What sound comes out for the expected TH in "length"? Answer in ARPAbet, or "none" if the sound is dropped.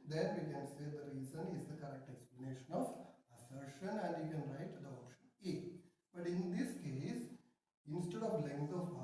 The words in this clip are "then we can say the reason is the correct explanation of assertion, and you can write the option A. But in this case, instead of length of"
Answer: S